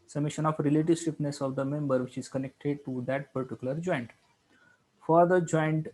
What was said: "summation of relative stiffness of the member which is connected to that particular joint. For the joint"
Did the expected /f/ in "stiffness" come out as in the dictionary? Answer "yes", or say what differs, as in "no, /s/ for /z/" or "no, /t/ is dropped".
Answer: no, /p/ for /f/